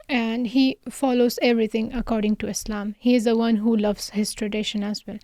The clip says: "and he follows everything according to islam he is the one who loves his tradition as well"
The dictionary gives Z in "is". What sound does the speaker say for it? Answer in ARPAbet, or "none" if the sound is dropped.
Z